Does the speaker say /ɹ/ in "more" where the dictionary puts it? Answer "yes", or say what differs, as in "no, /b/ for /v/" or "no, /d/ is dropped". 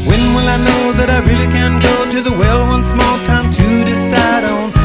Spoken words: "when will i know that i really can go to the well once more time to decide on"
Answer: no, /l/ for /ɹ/